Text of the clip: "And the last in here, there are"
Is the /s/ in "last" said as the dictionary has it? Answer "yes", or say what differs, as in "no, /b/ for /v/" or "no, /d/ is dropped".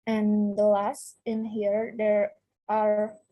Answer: yes